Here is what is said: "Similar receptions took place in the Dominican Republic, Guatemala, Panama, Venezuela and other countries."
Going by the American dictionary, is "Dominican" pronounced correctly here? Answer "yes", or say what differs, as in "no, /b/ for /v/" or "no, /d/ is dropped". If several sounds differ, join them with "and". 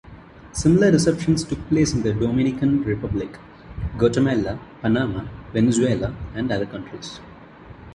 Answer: yes